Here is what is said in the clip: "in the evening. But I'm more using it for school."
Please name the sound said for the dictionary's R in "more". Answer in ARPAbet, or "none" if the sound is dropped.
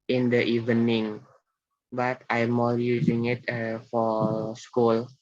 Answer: L